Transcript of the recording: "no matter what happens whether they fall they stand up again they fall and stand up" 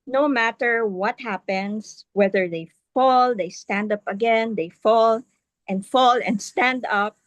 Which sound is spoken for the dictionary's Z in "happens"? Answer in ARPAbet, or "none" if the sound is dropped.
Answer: S